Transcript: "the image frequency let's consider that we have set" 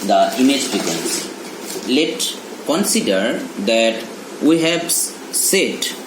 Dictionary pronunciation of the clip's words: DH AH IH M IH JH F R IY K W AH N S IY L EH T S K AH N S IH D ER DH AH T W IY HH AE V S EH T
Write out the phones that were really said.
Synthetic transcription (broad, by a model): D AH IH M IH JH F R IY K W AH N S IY L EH T K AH N S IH D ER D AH T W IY HH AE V S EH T